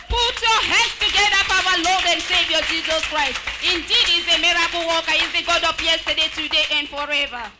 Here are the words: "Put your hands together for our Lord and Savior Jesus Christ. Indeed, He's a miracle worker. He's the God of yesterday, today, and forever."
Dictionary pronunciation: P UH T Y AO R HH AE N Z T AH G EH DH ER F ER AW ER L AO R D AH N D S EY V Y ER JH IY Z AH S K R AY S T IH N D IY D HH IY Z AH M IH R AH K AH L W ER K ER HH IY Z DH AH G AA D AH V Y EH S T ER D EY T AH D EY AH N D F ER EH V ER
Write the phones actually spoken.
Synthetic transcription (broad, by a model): P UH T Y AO HH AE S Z T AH G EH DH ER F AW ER L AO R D AH N D S EY V Y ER JH IY Z AH S K R AY S T IH N D IY D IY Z AH M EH R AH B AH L W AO K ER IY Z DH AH G AA D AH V Y EH S T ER D EY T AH D EY AH N D F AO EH V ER